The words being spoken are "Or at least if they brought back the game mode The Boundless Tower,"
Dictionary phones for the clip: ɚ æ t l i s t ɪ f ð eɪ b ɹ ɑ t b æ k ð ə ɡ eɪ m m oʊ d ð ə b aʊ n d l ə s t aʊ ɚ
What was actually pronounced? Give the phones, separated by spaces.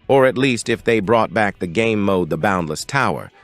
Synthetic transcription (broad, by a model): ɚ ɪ t l i s t ɪ f ð eɪ b ɹ ɑ t b æ k ð ə ɡ eɪ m m oʊ d ð ə b aʊ n d l ə s t aʊ ɚ